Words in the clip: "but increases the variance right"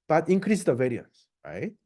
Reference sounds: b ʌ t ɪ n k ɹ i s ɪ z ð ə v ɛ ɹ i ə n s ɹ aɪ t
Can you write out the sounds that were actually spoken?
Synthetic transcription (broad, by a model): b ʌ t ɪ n k ɹ i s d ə v ɛ ɹ i ə n s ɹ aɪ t